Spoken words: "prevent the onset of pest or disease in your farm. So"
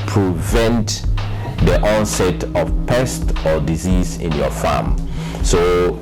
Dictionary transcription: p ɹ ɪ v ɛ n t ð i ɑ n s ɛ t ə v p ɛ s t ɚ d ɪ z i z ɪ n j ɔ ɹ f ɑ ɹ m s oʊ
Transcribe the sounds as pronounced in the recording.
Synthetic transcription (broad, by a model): p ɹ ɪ v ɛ n t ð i ɑ n s ɛ t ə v p ɛ s t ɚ d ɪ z i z ɪ n j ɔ f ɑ m s oʊ